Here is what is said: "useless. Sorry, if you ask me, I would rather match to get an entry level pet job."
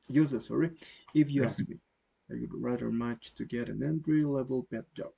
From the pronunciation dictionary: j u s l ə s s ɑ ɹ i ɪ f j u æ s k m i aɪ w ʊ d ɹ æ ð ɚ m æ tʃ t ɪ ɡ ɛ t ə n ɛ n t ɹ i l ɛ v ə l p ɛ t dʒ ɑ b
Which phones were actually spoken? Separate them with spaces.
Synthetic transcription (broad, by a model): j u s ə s s ɑ ɹ i ɪ f j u æ s k m i aɪ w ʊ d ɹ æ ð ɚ m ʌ tʃ t ɪ ɡ ɛ t ə n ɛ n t ɹ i l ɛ v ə l b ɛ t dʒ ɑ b